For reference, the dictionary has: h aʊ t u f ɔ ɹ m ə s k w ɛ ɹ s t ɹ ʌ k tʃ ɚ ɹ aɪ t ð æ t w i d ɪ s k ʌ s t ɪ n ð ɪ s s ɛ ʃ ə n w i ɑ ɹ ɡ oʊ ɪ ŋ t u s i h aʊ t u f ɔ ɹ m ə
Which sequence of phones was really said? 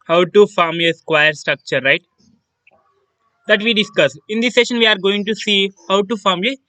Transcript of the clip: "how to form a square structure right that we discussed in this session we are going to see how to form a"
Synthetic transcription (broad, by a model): h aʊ t u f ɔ ɹ m ə s k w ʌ ɹ s t ɹ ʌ k tʃ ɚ ɹ aɪ t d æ t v i d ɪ s k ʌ s ɪ n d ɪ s s ɛ ʃ ə n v i ɑ ɹ ɡ oʊ ɪ ŋ t u s i h aʊ t u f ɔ ɹ m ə